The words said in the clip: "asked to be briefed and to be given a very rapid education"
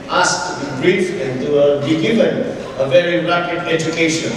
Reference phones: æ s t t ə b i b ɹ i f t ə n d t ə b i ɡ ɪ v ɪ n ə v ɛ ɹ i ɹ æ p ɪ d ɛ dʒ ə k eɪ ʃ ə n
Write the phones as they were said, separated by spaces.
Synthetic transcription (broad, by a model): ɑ s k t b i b ɹ i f ə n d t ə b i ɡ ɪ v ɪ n ə v ɛ ɹ i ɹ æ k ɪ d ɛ dʒ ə k eɪ ʃ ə n